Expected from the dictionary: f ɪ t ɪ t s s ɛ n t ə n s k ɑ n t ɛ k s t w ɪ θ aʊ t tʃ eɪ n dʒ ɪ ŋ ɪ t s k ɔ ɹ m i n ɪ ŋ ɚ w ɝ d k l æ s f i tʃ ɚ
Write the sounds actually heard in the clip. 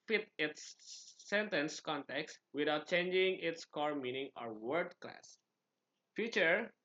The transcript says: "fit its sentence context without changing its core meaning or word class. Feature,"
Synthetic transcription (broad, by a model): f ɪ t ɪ t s s ɛ n t ə n s k ɑ n t ɛ k s t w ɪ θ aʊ t tʃ eɪ n dʒ ɪ ŋ ɪ t s k ɔ ɹ m i n ɪ ŋ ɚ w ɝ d k l æ s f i tʃ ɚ